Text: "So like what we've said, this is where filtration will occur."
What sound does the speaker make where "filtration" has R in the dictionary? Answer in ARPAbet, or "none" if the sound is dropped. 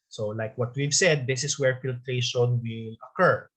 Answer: R